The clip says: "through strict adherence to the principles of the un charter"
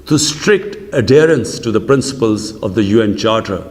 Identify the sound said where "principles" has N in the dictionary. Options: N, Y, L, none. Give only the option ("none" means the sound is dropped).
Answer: N